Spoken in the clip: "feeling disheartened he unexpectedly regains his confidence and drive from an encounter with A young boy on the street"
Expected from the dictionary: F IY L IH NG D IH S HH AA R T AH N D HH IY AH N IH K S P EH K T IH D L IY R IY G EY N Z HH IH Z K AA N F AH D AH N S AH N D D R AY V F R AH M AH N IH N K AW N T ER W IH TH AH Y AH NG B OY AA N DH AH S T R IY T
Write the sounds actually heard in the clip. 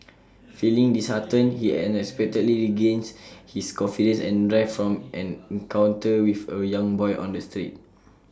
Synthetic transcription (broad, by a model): F IY L IH NG D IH S HH AA T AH N HH IY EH N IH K S P EH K T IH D L IY R IY G EY N S HH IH S K AA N F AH D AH N S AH N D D R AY F F R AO M AH N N K AW N T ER W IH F AH Y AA NG B OY AA N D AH S T R IY T